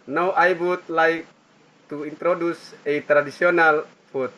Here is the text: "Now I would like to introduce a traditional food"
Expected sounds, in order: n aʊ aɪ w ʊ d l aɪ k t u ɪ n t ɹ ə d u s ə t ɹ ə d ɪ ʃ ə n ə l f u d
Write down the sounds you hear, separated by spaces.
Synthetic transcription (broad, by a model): n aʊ aɪ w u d l aɪ k t u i n t ɹ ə d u s ə t ɹ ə d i s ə n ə l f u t